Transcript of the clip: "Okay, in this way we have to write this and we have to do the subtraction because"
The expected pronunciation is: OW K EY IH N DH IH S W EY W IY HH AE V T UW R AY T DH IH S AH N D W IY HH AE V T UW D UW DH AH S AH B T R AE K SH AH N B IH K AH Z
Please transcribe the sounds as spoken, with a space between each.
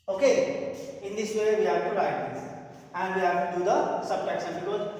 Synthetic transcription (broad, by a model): OW K EY IH N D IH S W EY W IY HH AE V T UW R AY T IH AH N D W IY HH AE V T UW D UW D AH S AH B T AE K S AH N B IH K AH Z